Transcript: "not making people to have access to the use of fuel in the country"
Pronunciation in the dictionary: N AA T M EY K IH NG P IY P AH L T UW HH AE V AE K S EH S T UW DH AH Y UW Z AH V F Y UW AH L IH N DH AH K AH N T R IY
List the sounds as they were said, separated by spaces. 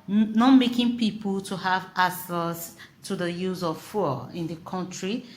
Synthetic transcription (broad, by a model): N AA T M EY K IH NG P IY P AH L T UW HH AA V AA S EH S T UW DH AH Y UW Z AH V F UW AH IH N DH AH K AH N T R IY